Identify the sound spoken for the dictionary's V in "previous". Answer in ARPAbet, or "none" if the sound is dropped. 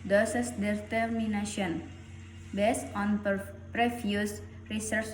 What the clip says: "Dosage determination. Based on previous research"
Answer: F